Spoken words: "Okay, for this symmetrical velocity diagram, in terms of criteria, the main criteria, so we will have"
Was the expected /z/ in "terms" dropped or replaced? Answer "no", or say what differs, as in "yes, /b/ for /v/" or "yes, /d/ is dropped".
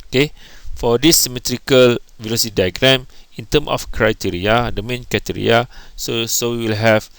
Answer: yes, /z/ is dropped